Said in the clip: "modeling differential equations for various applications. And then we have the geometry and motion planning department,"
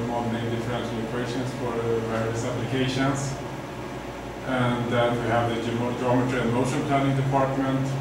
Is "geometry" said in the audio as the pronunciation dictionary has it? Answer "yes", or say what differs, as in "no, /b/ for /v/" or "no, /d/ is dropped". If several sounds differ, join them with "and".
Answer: yes